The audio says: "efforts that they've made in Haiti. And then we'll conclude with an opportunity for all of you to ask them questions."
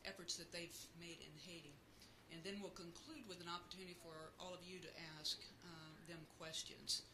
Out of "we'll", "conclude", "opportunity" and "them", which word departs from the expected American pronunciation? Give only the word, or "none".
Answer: none